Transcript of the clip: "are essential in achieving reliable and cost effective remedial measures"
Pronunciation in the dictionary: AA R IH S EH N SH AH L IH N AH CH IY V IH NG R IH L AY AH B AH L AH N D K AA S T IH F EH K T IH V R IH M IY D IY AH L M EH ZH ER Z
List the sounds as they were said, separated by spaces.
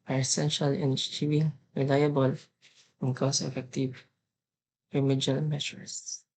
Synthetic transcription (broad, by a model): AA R IH S EH N SH AH L IH N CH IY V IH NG R IH L AY AH B AH L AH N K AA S IH F EH K T IH V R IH M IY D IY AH L M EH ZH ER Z